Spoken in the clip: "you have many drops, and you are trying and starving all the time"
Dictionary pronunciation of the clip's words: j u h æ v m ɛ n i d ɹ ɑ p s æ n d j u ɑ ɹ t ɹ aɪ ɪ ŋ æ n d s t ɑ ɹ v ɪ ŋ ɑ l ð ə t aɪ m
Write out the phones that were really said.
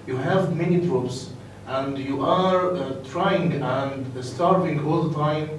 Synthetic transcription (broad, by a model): j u h æ v m ɛ n i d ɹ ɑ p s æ n d j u ɑ ɹ t ɹ aɪ ɪ ŋ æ n d s t ɑ ɹ v ɪ ŋ ɑ l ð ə t aɪ m